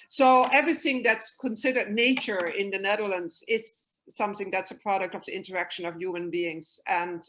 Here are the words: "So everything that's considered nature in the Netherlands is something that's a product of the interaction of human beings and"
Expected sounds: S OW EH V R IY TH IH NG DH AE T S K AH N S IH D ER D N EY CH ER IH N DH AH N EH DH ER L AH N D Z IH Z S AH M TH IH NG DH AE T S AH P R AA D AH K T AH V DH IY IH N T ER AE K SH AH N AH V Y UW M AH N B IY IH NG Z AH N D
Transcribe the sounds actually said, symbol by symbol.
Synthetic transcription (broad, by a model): S OW EH V R IY TH IH NG DH AE T S K AH N S IH D ER D N EY CH ER IH N DH AH N EH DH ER L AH N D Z IH Z S AH M TH IH NG DH AE T S AH P R AA D AH K T AH V DH IY IH N T ER AE K SH AH N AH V Y UW M AH N B IY IH NG Z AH N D